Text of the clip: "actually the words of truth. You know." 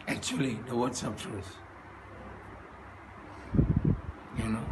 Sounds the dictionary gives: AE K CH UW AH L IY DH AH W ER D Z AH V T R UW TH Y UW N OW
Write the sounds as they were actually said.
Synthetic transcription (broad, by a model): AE K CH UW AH L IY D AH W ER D S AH P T UW S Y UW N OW